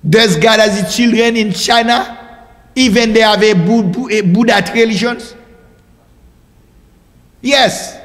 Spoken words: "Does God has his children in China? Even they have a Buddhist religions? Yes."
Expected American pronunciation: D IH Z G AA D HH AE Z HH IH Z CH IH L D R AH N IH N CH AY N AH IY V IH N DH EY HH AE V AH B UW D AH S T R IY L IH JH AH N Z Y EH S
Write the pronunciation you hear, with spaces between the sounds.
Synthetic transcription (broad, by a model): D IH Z G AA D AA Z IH CH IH L D R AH N IH N CH AY N AH IY V IH N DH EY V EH B AH B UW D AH T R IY L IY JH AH N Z Y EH S